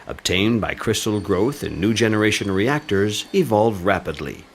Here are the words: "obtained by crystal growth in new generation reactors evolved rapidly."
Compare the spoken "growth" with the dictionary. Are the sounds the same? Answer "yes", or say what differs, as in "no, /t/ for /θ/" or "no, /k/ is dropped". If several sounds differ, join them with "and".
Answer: yes